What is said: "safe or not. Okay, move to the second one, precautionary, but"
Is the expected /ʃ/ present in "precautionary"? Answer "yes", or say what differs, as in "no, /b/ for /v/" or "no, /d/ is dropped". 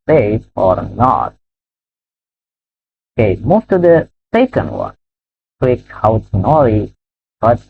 no, /ʃ/ is dropped